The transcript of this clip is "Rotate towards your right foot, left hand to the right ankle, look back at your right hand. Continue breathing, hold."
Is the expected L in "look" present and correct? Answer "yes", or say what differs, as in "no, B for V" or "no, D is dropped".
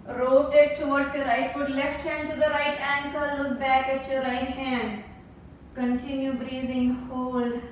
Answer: no, W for L